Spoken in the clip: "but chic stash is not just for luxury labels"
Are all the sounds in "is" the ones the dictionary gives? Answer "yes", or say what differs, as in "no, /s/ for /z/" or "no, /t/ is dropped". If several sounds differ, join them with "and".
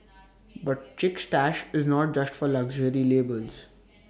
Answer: yes